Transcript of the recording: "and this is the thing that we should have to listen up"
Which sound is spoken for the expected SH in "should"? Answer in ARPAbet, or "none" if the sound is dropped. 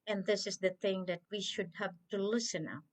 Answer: SH